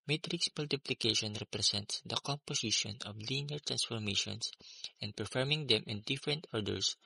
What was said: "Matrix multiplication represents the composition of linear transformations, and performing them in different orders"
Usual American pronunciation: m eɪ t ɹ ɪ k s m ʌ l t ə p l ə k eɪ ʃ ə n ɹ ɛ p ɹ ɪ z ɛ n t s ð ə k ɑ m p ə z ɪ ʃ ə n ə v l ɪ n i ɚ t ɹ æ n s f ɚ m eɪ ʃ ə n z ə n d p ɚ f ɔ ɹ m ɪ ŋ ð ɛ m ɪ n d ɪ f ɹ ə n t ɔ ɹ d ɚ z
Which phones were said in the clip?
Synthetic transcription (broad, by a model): m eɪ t ɹ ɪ k s m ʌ l t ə p l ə k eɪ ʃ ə n ɹ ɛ p ɹ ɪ s ɛ n t s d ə k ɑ m p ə s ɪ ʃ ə n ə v l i n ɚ t ɹ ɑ n s f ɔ m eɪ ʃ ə n s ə n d p ɚ f ɔ ɹ m ɪ ŋ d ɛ m ɪ n d ɪ f ɹ ə n t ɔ ɹ d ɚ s